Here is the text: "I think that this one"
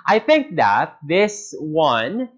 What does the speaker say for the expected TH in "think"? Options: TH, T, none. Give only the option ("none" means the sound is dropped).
TH